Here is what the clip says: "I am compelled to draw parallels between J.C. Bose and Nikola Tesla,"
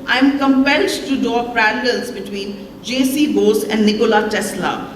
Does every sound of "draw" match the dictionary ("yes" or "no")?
no